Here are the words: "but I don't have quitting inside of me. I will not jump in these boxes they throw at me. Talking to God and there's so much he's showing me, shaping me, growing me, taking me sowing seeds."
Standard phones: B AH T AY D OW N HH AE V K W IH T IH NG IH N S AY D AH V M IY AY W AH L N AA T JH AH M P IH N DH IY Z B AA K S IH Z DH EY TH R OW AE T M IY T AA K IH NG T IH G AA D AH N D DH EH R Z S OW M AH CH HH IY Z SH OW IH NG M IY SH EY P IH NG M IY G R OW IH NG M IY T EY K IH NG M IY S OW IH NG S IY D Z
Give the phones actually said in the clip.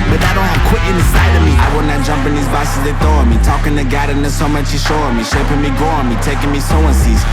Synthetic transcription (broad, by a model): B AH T AY D OW N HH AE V K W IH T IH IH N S AY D AH V M IY AY W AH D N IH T JH AH M P IH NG DH IY Z B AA S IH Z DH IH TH OW M IY T AA K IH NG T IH G AA D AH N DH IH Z S OW M AH CH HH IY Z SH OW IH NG M IY SH EY P IH NG M IY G OW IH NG M IY T EY K IH NG M IY S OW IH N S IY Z